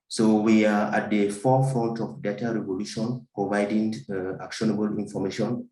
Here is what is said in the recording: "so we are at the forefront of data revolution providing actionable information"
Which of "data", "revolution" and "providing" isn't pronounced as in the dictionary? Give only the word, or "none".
none